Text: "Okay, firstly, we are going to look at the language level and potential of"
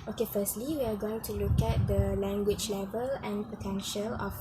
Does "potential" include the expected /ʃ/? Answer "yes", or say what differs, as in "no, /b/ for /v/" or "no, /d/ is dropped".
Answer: yes